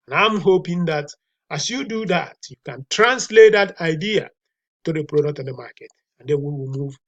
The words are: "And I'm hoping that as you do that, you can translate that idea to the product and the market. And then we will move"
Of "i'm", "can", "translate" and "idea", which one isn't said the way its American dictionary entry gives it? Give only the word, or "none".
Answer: none